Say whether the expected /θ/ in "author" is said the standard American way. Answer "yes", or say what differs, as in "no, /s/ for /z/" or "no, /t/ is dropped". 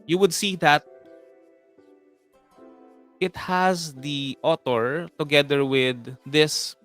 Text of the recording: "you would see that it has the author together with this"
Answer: no, /t/ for /θ/